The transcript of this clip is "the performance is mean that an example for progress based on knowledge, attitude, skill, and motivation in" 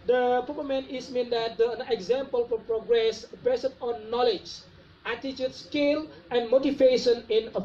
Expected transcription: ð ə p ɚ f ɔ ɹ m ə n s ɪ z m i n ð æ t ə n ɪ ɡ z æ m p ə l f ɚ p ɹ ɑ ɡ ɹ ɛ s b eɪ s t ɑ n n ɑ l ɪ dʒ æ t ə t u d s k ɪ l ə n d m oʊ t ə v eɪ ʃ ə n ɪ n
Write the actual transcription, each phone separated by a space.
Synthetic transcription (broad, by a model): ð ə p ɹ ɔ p m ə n ɪ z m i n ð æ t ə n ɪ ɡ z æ m p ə l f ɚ p ɹ ɑ ɡ ɹ ɛ s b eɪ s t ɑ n n ɑ l ɪ dʒ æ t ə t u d s k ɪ l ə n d m oʊ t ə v eɪ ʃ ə n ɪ n